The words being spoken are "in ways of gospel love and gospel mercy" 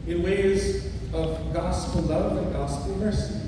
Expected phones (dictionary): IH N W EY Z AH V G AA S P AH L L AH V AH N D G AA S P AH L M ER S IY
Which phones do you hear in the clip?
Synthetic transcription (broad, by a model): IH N W EY Z AH V G AA S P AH L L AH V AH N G AA S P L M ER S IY